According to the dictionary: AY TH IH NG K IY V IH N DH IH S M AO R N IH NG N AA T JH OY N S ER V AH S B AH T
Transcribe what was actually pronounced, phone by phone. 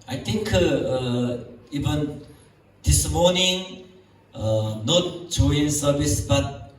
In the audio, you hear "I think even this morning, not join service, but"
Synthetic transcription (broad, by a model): AY T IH NG K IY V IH N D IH S M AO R N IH NG N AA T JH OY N S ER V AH S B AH T